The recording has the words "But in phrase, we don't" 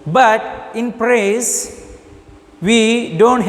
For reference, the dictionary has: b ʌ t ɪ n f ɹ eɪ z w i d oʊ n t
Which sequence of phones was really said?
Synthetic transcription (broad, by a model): b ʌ t ɪ n p ɹ eɪ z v i d oʊ n t